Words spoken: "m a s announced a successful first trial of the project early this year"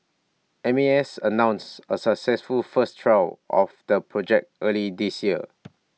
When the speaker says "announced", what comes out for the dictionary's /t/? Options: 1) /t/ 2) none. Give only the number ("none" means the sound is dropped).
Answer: 2